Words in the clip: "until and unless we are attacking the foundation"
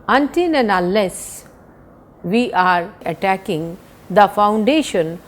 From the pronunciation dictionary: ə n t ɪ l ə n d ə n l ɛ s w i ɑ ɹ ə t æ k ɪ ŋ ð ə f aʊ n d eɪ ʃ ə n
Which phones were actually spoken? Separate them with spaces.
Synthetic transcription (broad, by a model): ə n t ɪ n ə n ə l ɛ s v i ɑ ɹ ə t æ k ɪ ŋ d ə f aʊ n d eɪ ʃ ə n